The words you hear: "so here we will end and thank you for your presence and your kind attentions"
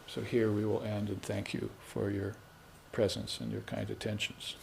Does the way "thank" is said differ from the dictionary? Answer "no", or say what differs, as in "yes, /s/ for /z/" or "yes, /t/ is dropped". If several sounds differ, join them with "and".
no